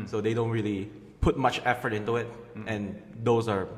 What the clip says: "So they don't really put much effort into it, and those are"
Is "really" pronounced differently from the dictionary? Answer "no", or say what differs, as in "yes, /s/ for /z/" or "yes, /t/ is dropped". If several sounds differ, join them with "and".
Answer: no